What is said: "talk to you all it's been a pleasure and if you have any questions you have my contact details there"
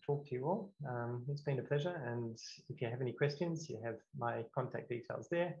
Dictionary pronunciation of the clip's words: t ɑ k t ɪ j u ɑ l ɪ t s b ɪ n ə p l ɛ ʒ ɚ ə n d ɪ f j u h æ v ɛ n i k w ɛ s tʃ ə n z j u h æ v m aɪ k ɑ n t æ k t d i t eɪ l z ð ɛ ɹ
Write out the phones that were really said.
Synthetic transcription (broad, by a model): t ɑ k t ɪ j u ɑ l ɪ t s b ɪ n ə p l ɛ ʒ ɚ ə n ɪ f j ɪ v ɛ n i k w ɛ s tʃ ə n z j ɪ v m aɪ k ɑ n t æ k d i t eɪ l z ð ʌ ɹ